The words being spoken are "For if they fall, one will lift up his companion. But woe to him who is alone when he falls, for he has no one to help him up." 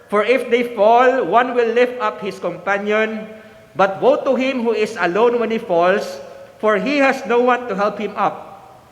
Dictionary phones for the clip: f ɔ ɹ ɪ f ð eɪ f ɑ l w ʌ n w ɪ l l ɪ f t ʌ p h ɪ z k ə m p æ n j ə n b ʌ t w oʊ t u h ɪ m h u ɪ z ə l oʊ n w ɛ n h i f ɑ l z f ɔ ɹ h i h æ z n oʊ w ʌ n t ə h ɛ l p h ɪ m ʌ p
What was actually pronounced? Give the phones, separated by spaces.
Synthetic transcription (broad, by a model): f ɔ ɹ ɪ f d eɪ f ɑ l w ʌ n w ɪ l l ɪ f t ʌ p h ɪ s k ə m p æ n j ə n b ʌ t w oʊ t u h ɪ m h u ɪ s ə l oʊ n w ɛ n h i f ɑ l s f ɔ ɹ h i h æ s n oʊ w ʌ n t ə h ɛ l p h ɪ m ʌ p